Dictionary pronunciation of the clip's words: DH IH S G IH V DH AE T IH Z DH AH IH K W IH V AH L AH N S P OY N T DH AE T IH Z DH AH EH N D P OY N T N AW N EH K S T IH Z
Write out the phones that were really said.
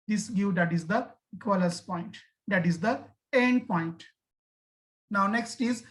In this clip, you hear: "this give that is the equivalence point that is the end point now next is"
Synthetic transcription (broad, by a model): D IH S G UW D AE T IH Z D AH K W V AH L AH S P OY N T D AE T IH Z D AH EH N D P OY N T N AW N EH K S T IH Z